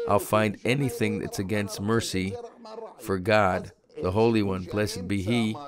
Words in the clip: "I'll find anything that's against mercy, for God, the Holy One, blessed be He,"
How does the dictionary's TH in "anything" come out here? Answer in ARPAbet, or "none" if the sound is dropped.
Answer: TH